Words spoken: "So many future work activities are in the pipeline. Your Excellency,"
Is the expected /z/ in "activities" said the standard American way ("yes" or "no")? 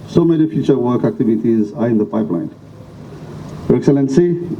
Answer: yes